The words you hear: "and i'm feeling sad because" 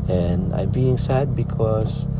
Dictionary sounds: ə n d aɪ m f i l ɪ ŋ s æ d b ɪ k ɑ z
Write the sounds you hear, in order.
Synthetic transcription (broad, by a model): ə n d aɪ m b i ɪ ŋ s æ d b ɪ k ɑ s